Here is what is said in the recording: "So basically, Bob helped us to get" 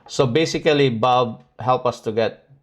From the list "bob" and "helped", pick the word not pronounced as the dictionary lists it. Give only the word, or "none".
helped